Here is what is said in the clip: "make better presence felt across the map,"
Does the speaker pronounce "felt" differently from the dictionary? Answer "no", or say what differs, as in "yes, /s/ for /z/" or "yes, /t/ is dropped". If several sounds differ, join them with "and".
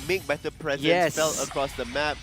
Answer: yes, /t/ is dropped